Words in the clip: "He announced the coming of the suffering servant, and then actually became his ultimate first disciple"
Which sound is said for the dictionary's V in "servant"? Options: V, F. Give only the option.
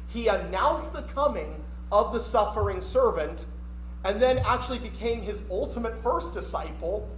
V